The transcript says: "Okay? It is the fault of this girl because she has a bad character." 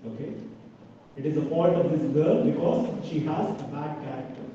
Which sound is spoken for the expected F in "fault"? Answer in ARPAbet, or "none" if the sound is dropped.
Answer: P